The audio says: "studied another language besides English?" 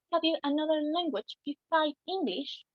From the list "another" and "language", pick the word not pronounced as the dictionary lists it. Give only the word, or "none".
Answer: none